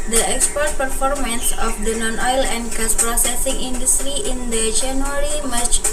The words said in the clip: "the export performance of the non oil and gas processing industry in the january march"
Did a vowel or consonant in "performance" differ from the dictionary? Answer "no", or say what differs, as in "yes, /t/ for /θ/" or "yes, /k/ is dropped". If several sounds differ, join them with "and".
no